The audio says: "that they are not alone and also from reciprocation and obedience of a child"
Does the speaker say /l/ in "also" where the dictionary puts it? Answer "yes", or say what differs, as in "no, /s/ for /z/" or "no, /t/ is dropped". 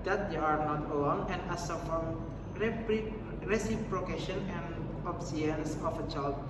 no, /l/ is dropped